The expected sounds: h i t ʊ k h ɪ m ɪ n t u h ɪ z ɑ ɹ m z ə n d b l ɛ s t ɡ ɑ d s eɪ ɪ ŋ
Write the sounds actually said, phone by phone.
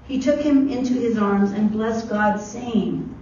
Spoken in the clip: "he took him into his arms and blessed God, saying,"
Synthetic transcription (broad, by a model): h i t ʊ k h ɪ m ɪ n t u ɪ z ɑ ɹ m z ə n b l ɛ s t ɡ ɑ d s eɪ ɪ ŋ